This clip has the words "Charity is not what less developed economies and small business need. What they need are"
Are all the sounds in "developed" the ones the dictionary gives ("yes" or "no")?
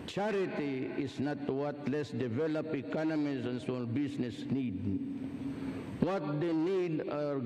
no